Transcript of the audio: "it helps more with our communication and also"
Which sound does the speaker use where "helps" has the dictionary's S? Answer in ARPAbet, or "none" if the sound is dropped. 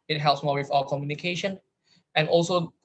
S